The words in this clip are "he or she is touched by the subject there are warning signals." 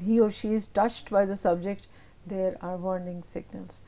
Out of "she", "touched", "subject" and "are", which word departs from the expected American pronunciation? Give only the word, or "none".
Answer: none